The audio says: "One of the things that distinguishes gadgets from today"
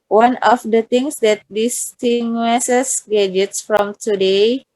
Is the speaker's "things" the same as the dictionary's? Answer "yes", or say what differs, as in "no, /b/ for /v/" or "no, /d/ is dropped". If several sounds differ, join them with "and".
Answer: no, /t/ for /θ/